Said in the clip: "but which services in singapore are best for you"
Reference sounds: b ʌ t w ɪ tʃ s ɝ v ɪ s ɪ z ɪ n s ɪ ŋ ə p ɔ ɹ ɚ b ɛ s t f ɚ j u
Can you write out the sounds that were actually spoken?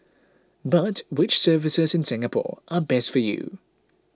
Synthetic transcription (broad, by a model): b ʌ t w ɪ tʃ s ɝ v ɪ s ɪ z ɪ n s ɪ ŋ ə p ɔ ɹ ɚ b ɛ s t f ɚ j u